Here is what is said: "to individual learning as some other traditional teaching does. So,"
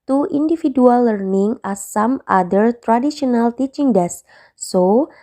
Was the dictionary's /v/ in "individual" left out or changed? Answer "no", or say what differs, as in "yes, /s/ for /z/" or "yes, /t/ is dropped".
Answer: yes, /f/ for /v/